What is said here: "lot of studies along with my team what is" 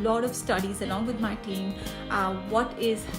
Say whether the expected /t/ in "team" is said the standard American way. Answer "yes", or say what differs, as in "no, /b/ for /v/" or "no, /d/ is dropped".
yes